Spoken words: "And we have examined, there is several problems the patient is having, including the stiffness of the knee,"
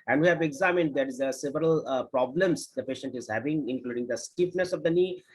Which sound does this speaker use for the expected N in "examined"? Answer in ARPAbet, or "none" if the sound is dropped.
N